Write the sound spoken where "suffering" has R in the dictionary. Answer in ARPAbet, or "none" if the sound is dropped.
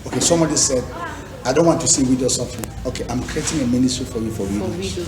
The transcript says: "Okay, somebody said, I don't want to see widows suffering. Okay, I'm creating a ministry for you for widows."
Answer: W